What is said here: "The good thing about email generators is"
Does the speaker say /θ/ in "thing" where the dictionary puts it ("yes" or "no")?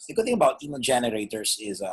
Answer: yes